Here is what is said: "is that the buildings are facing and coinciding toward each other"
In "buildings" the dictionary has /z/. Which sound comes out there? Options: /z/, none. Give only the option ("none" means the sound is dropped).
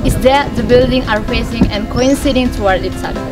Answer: none